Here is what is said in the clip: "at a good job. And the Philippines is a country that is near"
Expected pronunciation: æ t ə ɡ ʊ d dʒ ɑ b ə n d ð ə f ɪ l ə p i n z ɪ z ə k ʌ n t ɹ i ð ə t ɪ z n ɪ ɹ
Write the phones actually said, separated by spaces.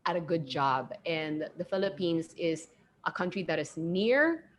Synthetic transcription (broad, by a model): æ t ə ɡ ʊ d dʒ ɑ b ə n ð ə f ɪ l ə p i n z ɪ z ə k ʌ n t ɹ i ð ə t ɪ z n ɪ ɹ